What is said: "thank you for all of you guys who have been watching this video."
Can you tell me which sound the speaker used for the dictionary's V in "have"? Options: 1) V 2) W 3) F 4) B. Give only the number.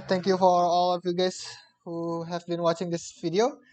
1